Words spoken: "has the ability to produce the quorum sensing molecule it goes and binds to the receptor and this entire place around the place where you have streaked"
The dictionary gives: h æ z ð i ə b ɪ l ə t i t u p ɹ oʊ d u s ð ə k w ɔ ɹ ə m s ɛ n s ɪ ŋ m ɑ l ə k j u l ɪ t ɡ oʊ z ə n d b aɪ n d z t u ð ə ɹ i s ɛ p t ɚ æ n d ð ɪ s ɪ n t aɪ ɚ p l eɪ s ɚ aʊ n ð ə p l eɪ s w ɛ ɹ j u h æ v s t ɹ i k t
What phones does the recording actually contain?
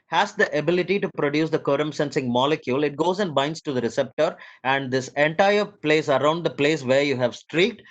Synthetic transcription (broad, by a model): h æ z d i ə b ɪ l ə t i t u p ɹ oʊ d u s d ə k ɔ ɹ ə m s ɛ n s ɪ ŋ m ɑ l ə k j u l ɪ t ɡ oʊ z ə n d b aɪ n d s t u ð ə ɹ i s ɛ p t ɚ æ n d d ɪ s ɪ n t aɪ ɚ p l eɪ s ɚ aʊ n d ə p l eɪ s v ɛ ɹ j u h æ v s t ɹ i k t